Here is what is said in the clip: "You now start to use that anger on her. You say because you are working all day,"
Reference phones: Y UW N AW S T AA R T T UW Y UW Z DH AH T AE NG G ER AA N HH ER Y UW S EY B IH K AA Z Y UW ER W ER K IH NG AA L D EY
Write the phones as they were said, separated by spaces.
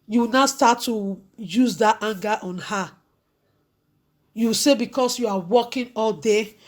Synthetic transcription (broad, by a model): Y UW N AW S T AA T T UW Y UW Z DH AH T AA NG G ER AA N HH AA Y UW S EY B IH K AA S Y UW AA W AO K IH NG AA L D EY